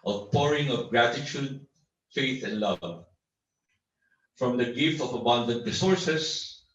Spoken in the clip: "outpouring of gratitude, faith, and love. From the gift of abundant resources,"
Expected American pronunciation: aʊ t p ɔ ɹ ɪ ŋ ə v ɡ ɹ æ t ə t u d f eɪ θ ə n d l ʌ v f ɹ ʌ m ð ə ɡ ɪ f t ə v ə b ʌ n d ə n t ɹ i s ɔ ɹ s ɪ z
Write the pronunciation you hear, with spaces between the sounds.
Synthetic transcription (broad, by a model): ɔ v p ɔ ɹ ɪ ŋ ə v ɡ ɹ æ t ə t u d f eɪ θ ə n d l ʌ v f ɹ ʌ m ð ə ɡ ɪ f t ə v ə b ʌ n d ə n t ɹ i s ɔ ɹ s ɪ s